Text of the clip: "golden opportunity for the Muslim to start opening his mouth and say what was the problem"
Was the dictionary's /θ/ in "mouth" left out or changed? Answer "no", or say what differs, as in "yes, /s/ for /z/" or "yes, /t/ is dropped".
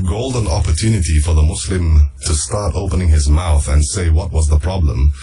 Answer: no